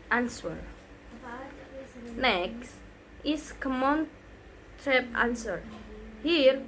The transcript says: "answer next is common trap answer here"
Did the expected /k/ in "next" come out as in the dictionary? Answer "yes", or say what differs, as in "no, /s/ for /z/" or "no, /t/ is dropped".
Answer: yes